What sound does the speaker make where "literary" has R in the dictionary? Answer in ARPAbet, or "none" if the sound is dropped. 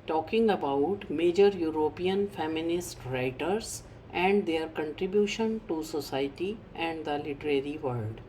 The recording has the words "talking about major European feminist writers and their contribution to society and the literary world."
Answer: R